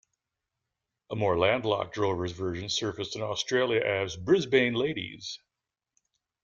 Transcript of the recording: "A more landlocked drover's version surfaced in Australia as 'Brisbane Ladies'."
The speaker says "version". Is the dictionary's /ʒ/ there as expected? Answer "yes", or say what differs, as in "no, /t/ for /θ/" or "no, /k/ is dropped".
yes